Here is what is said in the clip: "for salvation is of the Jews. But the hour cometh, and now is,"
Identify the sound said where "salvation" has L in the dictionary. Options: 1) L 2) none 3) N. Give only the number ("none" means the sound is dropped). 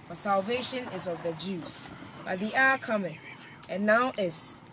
1